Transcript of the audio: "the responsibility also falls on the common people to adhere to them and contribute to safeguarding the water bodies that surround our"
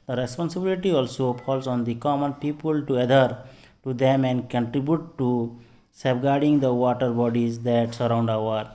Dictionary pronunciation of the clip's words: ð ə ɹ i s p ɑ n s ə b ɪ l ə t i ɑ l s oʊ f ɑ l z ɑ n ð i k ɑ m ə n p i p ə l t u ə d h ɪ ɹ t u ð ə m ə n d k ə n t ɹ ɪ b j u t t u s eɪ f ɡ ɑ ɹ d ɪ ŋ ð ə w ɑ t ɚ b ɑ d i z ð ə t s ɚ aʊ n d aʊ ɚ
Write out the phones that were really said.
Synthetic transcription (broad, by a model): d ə ɹ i s p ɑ n s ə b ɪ l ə t i ɑ l s oʊ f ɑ l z ɑ n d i k ɑ m ə n p i p ə l t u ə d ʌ ɹ t u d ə m ə n d k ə n t ɹ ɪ b j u t t u s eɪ p ɡ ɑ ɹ d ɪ ŋ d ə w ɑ t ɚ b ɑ d i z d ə t s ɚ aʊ n d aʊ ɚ